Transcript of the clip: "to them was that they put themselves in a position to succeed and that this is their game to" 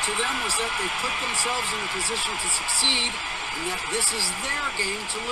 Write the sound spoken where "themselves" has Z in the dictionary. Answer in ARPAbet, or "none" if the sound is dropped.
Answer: Z